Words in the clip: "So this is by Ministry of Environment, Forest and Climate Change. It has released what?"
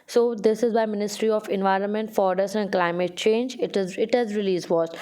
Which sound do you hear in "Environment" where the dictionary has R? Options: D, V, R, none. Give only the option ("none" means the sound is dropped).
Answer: R